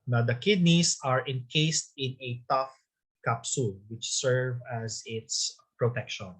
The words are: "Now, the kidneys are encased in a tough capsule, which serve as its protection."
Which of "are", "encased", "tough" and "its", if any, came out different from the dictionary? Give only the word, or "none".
none